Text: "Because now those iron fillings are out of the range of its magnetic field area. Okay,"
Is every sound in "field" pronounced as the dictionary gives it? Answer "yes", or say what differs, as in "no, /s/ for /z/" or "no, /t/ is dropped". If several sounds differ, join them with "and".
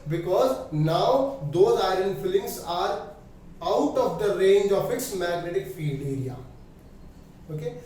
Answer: yes